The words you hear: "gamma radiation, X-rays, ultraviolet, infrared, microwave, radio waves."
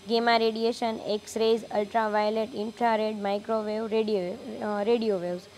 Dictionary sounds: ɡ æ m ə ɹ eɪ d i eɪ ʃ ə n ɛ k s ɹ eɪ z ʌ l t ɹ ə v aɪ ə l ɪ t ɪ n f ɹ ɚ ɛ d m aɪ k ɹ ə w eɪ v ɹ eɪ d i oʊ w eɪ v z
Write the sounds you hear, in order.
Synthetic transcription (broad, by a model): ɡ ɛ m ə ɹ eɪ d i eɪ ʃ ə n ɛ k s ɹ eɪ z ʌ l t ɹ ə v aɪ ə l ɪ t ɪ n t ɹ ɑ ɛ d m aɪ k ɹ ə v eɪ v ɹ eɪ d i oʊ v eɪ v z